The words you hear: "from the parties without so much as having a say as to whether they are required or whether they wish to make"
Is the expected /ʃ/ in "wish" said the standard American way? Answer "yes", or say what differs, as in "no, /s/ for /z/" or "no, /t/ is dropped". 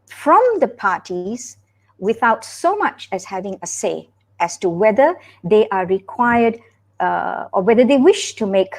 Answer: yes